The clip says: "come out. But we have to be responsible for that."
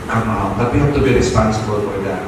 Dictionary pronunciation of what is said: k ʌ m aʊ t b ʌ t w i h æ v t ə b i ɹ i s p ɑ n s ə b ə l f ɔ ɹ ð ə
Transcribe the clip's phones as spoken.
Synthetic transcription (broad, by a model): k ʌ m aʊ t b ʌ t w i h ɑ b t ə b i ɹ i s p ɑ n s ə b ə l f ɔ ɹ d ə